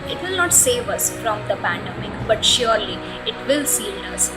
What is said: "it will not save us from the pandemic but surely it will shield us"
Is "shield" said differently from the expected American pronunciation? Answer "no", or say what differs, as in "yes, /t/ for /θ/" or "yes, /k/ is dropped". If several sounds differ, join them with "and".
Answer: yes, /s/ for /ʃ/